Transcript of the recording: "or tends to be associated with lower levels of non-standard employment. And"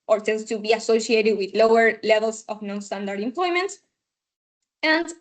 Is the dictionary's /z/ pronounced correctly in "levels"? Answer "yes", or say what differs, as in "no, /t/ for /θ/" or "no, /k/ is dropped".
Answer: no, /s/ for /z/